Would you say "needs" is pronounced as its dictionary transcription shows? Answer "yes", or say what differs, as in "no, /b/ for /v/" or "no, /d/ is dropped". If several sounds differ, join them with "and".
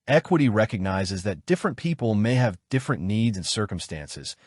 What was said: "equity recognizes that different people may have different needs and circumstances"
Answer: yes